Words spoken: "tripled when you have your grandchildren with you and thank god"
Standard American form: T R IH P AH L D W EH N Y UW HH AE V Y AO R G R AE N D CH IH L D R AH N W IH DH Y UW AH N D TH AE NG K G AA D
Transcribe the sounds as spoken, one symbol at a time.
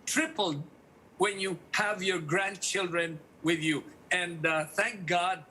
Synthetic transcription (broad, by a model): T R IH P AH L D W EH N Y UW HH AE V Y AO R G R AE N D CH IH L D R AH N W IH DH Y UW AH N D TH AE NG K G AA D